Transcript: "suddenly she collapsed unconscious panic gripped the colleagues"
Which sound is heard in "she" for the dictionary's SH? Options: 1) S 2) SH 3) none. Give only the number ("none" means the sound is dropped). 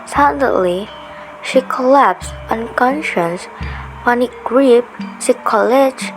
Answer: 2